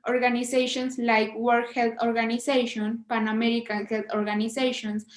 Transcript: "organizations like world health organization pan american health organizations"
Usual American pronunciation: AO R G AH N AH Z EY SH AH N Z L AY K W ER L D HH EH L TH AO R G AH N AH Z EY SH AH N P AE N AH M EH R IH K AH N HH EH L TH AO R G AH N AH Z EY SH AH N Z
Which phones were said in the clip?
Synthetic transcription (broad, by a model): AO R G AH N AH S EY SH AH N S L AY K W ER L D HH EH L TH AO R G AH N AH S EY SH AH N P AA N AH M EH R IH K AH N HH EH L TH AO R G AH N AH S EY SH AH N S